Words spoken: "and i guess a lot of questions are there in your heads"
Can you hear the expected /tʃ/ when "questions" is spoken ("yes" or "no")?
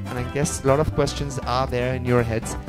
yes